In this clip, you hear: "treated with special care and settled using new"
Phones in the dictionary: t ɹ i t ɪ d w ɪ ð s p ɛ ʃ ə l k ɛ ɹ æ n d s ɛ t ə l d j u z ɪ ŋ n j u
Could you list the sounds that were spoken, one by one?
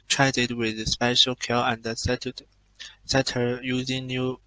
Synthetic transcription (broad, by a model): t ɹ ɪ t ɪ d w ɪ ð s p ɛ ʃ ə l k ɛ l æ n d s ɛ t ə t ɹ j u z ɪ ŋ n j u